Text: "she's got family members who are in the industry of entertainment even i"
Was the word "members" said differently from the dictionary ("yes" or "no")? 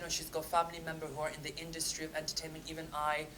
yes